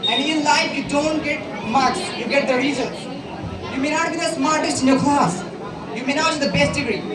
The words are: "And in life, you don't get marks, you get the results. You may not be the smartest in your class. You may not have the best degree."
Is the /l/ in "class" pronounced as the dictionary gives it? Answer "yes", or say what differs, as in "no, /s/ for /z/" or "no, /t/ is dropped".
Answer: no, /l/ is dropped